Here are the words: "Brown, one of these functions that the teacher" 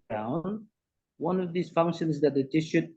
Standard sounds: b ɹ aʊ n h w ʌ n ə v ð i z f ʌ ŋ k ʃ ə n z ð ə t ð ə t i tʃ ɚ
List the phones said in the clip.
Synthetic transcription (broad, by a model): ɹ aʊ n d w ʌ n ə v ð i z f ʌ ŋ k ʃ ə n z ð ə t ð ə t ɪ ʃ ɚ